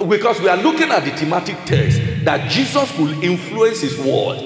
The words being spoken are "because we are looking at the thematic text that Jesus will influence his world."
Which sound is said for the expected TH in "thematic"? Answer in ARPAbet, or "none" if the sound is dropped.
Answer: T